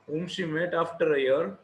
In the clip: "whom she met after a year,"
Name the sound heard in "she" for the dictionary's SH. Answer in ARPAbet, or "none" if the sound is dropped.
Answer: S